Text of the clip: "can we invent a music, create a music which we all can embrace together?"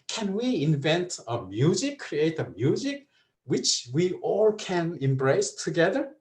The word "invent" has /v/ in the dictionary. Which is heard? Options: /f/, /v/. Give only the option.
/v/